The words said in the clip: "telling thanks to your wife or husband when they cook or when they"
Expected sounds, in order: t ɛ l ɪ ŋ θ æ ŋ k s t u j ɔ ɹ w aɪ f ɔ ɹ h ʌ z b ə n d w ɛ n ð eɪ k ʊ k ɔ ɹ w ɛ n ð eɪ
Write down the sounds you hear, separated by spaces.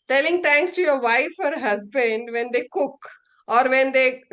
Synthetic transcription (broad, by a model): t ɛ l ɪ ŋ t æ ŋ k s t u j ɔ ɹ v aɪ f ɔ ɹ h ʌ z b ə n d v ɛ n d eɪ k ʊ k ɔ ɹ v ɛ n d eɪ